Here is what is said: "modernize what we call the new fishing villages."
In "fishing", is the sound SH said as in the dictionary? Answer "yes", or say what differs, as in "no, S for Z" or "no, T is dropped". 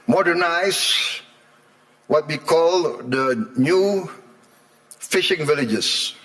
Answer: yes